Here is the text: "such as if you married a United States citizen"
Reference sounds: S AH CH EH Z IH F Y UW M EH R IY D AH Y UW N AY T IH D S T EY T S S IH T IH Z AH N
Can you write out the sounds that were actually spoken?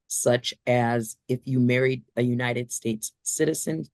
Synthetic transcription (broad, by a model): S AH CH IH Z IH F Y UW M EH R IY D AH Y UW N AY T IH D S T EY T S S IH T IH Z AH N